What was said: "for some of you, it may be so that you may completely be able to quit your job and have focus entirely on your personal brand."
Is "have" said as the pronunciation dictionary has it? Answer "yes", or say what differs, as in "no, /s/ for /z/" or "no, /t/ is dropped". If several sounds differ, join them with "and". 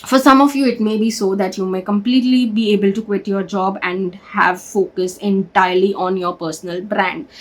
yes